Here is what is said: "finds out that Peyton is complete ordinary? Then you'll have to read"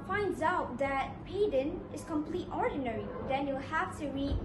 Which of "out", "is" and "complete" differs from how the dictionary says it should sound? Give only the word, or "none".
is